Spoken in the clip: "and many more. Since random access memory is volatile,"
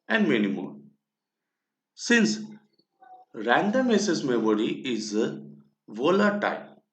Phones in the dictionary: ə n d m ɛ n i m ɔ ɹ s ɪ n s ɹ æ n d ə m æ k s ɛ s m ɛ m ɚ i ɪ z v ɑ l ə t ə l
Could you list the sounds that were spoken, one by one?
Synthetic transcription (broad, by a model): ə n d m ɛ n i m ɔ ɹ s ɪ n s ɹ æ n d ə m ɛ s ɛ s m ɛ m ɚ i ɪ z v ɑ l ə t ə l